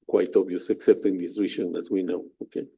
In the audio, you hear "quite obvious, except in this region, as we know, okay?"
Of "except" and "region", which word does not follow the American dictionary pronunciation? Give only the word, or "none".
region